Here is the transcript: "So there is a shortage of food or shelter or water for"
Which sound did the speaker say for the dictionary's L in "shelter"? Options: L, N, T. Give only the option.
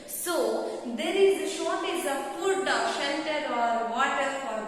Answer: N